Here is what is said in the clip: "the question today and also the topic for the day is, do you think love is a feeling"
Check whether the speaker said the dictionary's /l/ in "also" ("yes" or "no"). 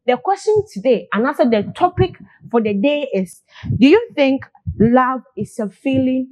no